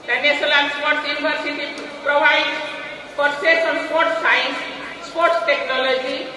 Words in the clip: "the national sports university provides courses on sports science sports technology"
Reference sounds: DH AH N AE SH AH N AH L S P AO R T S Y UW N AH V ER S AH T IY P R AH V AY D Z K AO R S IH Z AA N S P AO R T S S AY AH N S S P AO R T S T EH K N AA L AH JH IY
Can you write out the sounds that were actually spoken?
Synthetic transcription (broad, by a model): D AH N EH S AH L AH N S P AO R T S Y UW N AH B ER S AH T IY P R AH B AY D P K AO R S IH S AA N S P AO R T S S AY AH N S S P AO R T S T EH K N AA L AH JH IY